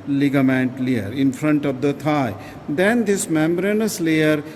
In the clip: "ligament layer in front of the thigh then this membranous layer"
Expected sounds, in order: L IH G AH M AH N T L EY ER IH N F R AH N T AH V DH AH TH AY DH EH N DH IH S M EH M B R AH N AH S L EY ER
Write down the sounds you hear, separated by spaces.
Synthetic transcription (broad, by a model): L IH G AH M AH N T L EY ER IH N F R AH N T AH V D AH T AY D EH N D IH S M EH M B R AH N AH S L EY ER